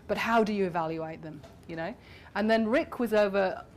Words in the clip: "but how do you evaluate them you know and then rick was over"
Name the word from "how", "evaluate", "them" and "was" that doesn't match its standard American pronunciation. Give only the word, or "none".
none